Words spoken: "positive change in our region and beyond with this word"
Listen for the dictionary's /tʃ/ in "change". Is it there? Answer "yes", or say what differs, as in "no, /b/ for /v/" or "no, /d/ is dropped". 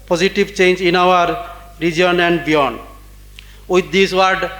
yes